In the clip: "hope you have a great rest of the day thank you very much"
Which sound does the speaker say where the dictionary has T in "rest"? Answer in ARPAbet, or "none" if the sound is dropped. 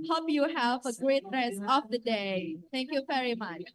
none